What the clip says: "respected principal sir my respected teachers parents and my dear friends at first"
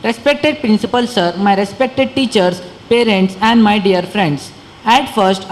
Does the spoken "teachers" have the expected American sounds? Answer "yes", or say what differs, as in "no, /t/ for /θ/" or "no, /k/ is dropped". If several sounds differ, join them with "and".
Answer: no, /s/ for /z/